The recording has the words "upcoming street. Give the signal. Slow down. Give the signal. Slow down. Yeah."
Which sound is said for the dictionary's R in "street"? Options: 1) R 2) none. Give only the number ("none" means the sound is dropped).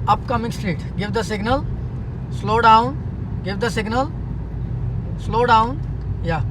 1